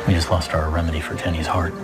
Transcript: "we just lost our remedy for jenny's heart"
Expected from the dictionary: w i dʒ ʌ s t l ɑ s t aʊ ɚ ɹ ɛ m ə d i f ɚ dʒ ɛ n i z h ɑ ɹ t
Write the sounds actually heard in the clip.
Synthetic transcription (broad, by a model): w i dʒ ʌ s t l ɑ s t aʊ ɚ ɹ ɛ m ə d i f ɚ dʒ ɛ n i z h ɑ ɹ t